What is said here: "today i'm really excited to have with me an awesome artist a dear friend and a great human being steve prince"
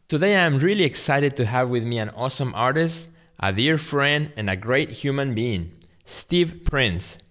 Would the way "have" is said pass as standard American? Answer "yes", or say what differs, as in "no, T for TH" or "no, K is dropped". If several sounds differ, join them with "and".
yes